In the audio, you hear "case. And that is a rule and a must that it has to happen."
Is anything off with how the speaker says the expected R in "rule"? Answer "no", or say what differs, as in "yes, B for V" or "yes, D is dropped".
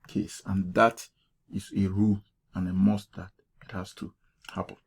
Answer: no